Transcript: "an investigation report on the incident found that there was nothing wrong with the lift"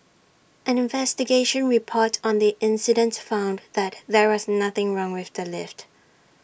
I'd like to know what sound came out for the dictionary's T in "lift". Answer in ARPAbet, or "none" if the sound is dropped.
T